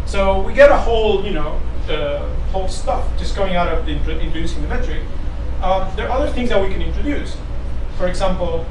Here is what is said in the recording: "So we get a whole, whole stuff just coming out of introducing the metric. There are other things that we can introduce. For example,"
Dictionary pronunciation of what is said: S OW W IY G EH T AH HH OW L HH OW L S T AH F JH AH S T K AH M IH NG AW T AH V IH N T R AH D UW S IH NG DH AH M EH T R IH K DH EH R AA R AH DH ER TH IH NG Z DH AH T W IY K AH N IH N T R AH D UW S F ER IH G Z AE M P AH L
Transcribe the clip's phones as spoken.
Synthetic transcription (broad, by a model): S OW W IY G EH T AH HH OW L HH OW L S T AH F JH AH S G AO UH IH NG AW T AH V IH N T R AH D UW S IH NG DH AH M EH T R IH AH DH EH R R AH DH ER TH IH NG Z DH AH T W IY K AH N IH N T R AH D UW S F ER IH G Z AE M P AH L